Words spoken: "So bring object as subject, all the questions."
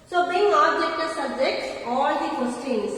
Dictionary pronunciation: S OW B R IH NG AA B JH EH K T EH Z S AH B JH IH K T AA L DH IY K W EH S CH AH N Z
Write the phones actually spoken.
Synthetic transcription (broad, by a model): S OW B IH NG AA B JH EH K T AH S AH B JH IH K T AA L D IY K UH S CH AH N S